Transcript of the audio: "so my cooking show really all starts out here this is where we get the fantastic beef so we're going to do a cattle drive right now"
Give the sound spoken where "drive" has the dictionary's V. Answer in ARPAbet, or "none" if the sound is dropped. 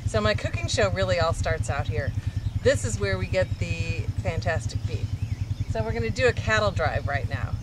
V